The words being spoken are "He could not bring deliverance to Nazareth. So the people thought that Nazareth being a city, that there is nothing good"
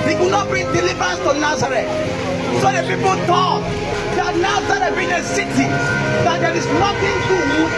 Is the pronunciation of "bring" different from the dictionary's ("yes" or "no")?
yes